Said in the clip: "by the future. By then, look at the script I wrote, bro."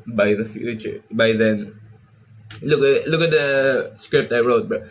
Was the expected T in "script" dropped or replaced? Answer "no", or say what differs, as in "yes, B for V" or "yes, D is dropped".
no